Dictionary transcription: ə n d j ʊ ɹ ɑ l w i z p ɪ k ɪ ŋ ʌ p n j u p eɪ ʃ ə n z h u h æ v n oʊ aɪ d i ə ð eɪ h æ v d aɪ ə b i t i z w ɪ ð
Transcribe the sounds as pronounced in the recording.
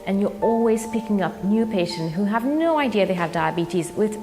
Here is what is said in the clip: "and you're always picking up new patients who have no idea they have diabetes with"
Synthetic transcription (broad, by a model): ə n j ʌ ɹ ɑ l w i z p ɪ k ɪ ŋ ʌ p n j u p eɪ ʃ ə n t h u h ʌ v n oʊ aɪ d i ə ð eɪ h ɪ v d aɪ ə b i t i z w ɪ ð